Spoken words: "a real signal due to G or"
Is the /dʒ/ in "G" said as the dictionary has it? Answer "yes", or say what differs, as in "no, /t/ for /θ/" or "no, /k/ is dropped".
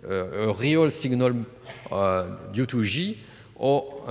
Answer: no, /ʒ/ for /dʒ/